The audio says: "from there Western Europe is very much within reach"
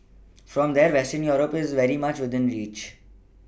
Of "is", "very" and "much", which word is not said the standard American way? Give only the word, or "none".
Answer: none